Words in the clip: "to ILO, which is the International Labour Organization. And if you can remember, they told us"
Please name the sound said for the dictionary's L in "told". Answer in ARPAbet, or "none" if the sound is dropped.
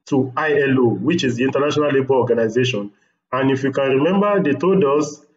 none